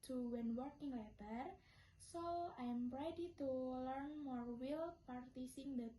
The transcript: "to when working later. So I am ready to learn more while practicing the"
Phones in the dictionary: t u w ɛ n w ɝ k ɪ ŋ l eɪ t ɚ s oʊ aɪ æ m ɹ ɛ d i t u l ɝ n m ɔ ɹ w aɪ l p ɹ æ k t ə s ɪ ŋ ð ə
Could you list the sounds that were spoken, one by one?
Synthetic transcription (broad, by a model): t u w ɛ n w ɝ k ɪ ŋ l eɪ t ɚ s oʊ aɪ m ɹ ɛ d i t u l ɝ n m ɔ ɹ w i l p ɑ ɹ t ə s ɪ ŋ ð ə